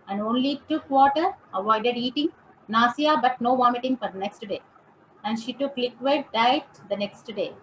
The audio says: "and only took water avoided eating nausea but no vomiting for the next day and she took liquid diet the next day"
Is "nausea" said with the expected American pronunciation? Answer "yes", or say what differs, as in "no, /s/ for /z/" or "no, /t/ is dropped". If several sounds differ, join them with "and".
no, /s/ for /z/